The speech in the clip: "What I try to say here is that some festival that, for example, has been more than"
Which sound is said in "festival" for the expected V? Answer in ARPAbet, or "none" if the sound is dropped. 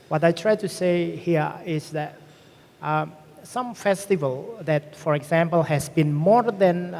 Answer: V